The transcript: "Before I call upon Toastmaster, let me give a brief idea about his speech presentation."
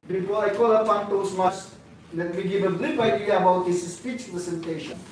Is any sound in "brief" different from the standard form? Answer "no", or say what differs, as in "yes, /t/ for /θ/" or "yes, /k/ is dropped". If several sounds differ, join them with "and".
yes, /l/ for /ɹ/